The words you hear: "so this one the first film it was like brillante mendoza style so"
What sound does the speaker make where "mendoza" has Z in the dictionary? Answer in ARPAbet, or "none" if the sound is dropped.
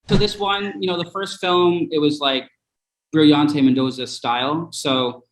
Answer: Z